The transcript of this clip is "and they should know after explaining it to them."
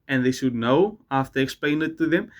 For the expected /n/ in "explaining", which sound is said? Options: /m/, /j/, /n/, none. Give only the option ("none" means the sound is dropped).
none